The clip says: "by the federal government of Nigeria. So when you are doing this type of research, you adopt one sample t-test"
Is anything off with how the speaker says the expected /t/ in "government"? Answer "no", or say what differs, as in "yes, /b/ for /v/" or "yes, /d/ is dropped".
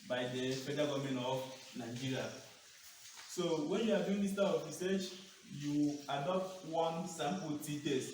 yes, /t/ is dropped